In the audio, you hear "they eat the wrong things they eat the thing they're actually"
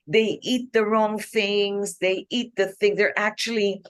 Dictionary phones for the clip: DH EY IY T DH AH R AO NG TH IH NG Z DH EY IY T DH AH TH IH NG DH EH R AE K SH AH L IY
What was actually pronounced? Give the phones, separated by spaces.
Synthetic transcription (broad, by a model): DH EY IY T DH AH R AO NG TH IH NG Z DH EY IY T DH AH TH IH NG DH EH R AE K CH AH L IY